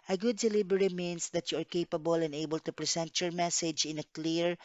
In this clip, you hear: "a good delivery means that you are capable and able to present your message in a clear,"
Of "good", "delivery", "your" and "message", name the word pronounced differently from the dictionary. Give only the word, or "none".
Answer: delivery